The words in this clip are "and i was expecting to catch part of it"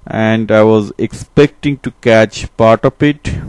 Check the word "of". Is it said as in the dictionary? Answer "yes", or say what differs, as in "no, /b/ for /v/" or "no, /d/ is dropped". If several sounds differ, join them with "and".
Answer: no, /p/ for /v/